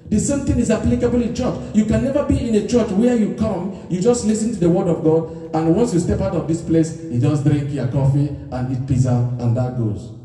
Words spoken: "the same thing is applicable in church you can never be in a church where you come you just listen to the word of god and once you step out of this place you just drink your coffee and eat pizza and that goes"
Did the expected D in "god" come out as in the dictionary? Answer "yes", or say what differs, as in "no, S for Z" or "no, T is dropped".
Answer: yes